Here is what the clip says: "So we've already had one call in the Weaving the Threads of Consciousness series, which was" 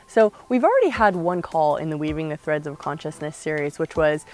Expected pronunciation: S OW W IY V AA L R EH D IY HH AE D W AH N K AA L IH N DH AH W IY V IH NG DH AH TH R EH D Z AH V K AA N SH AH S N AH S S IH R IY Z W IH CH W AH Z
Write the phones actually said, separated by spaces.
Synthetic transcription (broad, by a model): S OW W IY V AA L R EH D IY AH D W AH N K AA L IH N DH AH W IY V IH NG DH AH TH R EH D Z AH V K AA N SH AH S N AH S S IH R IY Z W IH CH W AH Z